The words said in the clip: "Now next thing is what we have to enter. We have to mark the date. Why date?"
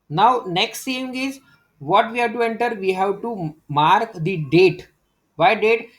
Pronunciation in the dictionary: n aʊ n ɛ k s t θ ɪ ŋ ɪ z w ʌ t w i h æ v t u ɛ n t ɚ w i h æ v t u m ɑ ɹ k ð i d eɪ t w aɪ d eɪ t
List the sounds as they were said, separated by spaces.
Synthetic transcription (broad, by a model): n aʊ n ɛ k s t s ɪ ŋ ɪ z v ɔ t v i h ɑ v t u ɛ n t ɚ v i h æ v t u m ɑ ɹ k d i d eɪ t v aɪ d eɪ t